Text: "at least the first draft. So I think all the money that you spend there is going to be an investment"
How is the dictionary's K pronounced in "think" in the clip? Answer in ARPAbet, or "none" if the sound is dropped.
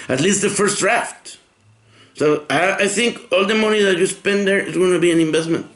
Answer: K